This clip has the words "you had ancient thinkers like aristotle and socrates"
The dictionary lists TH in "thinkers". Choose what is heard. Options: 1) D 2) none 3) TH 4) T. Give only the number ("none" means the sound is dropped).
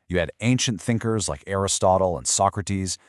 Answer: 3